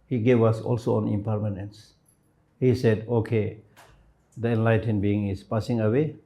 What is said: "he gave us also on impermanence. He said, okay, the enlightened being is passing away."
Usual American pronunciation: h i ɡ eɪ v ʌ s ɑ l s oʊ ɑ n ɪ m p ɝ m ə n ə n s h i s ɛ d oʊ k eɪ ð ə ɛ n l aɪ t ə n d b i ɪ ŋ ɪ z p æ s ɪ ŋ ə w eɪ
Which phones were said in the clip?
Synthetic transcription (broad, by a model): h i ɡ eɪ v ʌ s ɑ l s oʊ ɑ n ɪ m p ɝ m ə n ə n s h i s ɛ d oʊ k eɪ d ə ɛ n l aɪ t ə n b i ɪ ŋ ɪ s p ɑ s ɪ ŋ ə w eɪ